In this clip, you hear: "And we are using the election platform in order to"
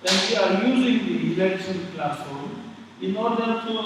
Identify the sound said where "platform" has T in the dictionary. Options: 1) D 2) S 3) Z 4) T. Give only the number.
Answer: 2